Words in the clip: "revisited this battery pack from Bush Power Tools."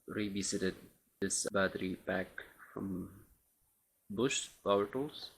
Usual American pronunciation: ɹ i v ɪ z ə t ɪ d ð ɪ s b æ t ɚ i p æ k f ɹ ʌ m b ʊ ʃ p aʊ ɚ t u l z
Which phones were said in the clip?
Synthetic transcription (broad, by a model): ɹ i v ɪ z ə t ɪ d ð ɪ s b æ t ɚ i b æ k f ɹ ʌ m b ʊ ʃ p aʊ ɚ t l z